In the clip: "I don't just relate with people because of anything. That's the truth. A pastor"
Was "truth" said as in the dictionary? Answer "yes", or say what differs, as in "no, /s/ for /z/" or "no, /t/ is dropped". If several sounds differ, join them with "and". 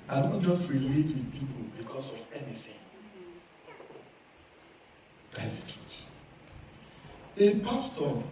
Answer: no, /ɹ/ is dropped and /t/ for /θ/